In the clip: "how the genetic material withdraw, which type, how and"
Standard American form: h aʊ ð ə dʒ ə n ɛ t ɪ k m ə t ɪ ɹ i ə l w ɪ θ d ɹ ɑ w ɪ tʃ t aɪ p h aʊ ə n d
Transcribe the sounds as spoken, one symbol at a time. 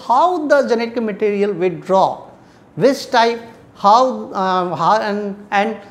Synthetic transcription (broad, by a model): h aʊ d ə dʒ ə n ɛ t ɪ k m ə t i ɹ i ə l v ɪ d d ɹ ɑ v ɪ s t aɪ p h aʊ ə n d